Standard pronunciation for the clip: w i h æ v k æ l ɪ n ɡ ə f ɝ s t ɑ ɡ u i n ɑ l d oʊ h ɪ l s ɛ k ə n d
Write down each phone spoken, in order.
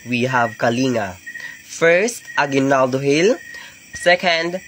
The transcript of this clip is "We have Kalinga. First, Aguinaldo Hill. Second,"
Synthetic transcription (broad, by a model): w i h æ v k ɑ l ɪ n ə f ɝ s t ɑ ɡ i n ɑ l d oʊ h ɪ l s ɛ k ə n d